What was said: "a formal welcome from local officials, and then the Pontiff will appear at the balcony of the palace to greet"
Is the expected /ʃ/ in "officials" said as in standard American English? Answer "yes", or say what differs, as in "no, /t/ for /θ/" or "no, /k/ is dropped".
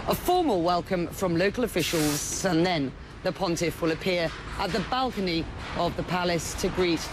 yes